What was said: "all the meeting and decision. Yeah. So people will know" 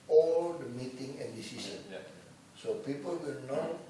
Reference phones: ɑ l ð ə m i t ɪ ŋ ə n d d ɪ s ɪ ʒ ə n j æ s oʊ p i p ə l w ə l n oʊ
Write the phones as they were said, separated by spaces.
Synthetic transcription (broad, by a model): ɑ l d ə m i t ɪ ŋ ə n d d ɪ s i s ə n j s oʊ p i p ə l w ə l n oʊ